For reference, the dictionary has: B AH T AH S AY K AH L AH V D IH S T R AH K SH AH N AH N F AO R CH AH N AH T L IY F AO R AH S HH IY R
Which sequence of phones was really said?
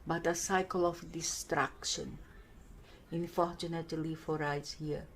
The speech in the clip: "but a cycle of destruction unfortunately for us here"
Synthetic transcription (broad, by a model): B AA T AH S AY K AH L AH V D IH S T R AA K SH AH N AH N F AO R CH AH N AH T L IY F AO R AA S HH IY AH